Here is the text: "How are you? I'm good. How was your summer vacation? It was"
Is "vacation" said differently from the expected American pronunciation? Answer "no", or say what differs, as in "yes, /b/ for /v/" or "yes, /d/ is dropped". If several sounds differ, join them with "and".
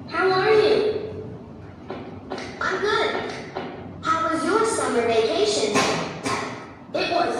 no